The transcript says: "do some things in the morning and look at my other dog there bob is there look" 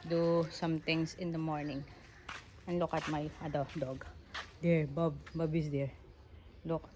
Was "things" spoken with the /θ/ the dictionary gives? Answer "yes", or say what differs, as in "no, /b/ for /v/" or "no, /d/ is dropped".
no, /t/ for /θ/